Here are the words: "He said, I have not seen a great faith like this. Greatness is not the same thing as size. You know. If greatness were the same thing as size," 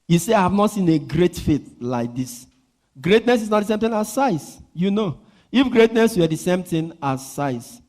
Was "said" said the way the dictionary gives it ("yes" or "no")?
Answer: no